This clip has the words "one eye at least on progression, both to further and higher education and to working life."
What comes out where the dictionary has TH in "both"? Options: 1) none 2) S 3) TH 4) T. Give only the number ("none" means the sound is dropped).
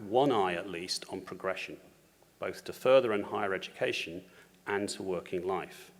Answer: 3